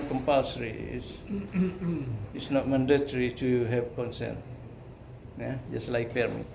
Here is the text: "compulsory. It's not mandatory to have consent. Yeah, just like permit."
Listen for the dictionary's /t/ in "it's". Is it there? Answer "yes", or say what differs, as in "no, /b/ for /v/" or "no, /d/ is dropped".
no, /s/ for /t/